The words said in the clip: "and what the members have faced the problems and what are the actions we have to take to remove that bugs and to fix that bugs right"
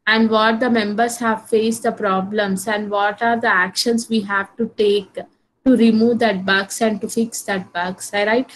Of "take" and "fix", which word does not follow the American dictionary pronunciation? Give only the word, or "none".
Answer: none